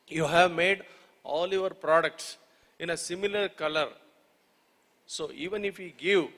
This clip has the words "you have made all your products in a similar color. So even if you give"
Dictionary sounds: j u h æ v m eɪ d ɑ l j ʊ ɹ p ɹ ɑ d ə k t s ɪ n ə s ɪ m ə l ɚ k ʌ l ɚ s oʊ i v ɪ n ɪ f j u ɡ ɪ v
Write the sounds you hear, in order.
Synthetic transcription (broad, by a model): j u h æ v m eɪ d ɑ l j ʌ ɹ p ɹ ɑ d ə k t s ɪ n ə s ɪ m ə l ɚ k ʌ l ɚ s oʊ i v ɪ n ɪ f j u ɡ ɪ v